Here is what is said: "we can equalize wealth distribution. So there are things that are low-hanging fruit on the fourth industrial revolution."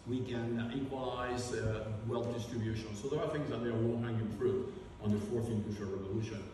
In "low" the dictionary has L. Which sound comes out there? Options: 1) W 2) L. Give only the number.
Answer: 1